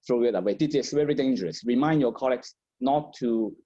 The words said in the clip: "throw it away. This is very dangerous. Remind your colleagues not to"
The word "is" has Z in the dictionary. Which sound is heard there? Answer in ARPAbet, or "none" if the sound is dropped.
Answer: S